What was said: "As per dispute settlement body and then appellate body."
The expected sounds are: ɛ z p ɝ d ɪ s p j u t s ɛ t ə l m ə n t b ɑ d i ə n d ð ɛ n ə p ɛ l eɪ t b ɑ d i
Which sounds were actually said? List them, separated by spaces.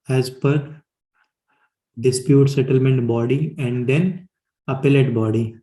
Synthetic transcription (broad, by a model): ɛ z p ɝ d ɪ s p j u t s ɛ t ə l m ə n t b ɑ d i ə n d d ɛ n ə p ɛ l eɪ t b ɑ d i